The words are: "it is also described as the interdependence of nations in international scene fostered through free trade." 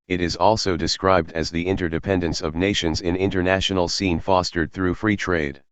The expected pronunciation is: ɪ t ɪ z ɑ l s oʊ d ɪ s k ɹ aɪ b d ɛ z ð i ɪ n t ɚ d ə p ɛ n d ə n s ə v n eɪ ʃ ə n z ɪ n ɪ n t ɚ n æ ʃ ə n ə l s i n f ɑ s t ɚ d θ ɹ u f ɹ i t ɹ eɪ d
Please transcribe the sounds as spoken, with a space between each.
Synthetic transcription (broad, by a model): ɪ t ɪ z ɑ l s oʊ d ɪ s k ɹ aɪ b d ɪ z ð i ɪ n t ɚ d ə p ɛ n d ə n s ə v n eɪ ʃ ə n z ɪ n ɪ n t ɚ n æ ʃ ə n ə l s i n f ɑ s t ɚ d θ ɹ u f ɹ i t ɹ eɪ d